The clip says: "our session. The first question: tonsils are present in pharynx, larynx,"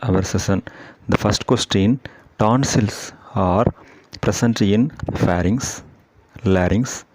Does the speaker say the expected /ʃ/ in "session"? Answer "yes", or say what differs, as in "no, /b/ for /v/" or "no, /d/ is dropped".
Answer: no, /s/ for /ʃ/